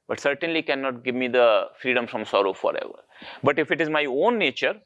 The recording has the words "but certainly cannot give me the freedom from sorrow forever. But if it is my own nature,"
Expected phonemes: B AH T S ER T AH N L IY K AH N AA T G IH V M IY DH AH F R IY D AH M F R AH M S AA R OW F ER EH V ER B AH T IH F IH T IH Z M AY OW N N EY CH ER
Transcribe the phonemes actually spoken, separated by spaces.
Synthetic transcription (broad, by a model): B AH T S ER T AH N L IY K AH N AA T G IH V M IY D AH F R IY D AH M F R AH M S AA R OW F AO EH V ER B AH T IH F IH T IH Z M AY OW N N EY CH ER